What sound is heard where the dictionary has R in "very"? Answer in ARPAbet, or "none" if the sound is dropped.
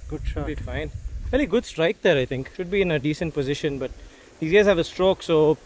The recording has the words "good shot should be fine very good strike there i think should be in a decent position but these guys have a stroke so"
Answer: L